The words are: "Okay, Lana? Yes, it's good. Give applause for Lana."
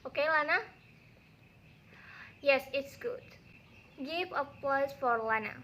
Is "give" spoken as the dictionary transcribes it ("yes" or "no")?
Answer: no